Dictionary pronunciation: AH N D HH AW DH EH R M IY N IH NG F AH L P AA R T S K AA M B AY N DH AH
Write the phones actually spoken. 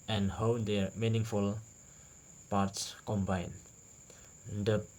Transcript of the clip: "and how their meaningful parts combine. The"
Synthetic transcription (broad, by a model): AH N HH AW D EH R M IY N IH NG F AH L P AA R T S K AA M B AY N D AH